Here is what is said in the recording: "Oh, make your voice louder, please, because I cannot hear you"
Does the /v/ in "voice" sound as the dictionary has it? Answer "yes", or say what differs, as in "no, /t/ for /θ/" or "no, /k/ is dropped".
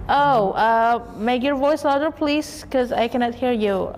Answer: yes